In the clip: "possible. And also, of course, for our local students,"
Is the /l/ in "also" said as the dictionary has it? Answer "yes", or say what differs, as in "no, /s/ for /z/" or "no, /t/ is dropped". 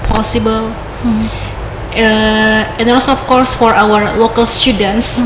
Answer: no, /l/ is dropped